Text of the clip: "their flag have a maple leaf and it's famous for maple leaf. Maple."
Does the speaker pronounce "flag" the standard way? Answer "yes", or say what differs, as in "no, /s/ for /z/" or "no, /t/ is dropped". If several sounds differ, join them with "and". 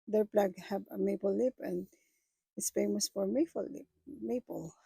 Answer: no, /p/ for /f/